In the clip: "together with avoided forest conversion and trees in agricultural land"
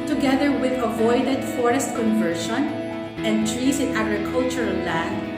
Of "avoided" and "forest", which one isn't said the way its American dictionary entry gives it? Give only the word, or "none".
none